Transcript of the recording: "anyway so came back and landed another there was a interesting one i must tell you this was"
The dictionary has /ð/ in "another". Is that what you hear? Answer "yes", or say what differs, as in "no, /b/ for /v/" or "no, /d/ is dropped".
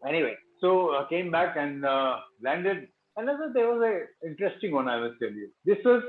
no, /ð/ is dropped